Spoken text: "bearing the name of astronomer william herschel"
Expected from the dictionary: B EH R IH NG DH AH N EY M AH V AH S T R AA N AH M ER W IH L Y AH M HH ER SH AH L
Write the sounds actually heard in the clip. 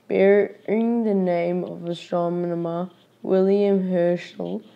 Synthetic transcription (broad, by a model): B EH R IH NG DH AH N EY M AH V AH S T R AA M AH M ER W IH L Y AH M HH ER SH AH L